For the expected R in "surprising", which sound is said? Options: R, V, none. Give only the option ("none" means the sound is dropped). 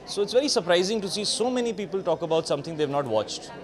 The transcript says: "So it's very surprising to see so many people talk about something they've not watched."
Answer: R